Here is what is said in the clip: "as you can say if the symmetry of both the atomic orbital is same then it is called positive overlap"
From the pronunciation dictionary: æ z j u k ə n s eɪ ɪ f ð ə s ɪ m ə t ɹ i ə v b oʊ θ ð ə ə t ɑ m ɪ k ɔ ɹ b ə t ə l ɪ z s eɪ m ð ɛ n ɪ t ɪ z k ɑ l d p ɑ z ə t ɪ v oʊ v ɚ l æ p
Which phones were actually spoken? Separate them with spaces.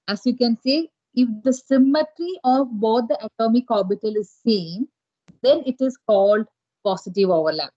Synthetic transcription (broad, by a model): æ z j u k ə n s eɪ ɪ f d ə s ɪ m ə t ɹ i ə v b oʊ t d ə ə t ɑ m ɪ k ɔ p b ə t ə l ɪ z s eɪ m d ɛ n ɪ t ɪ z k ɑ l d p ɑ s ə t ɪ v oʊ v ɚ l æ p